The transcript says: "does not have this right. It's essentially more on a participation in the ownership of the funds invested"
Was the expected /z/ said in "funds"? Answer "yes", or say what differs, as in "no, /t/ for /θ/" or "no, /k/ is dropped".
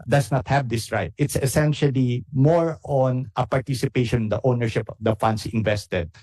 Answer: no, /s/ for /z/